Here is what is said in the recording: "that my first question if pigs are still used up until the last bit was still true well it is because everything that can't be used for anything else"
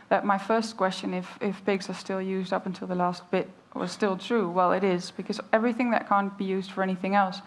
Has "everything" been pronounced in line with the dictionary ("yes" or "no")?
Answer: yes